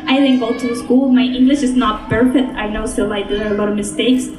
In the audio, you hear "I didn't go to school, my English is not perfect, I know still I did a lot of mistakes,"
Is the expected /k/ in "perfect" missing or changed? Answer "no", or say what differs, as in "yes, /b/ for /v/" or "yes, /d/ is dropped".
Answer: yes, /k/ is dropped